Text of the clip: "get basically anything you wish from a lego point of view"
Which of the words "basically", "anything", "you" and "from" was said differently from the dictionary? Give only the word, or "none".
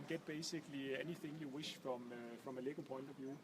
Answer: none